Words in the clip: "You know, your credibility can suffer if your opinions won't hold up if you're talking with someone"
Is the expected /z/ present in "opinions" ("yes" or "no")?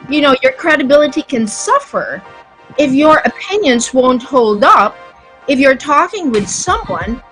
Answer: yes